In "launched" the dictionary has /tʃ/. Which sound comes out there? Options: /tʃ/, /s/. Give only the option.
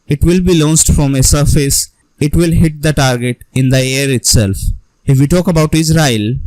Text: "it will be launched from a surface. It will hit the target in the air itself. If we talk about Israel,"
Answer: /s/